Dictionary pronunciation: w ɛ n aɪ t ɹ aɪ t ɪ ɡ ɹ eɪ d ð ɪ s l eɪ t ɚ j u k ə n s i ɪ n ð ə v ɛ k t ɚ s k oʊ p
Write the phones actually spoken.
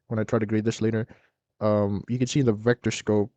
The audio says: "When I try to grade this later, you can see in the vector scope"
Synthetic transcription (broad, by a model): w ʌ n aɪ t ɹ aɪ t ɪ ɡ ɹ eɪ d ð ɪ s l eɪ t ɚ j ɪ k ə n s i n ð ə v ɛ k t ɚ s k oʊ p